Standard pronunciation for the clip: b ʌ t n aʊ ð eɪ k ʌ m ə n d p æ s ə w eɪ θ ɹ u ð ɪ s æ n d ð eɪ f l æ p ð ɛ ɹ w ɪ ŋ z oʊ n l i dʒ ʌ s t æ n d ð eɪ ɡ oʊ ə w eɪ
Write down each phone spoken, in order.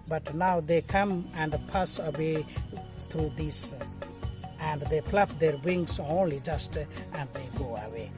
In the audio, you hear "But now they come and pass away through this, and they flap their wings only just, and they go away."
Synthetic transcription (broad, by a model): b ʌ t n aʊ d eɪ k ʌ m ə n d p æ s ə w eɪ t ɹ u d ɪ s æ n d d eɪ p l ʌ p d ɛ ɹ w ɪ ŋ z oʊ n l i dʒ ʌ s t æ n d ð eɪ ɡ oʊ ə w eɪ